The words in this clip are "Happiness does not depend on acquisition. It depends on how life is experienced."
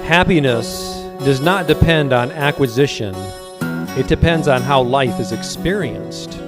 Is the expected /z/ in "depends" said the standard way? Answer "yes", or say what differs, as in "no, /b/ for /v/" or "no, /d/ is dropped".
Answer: yes